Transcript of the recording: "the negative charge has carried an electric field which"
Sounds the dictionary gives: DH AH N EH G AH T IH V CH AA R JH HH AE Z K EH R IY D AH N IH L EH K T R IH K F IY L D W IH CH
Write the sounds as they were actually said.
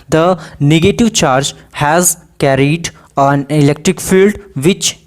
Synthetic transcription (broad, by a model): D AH N EH G AH T IH V CH AA R JH HH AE Z K EH R IY D AH N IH L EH K T R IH K F IY L D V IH CH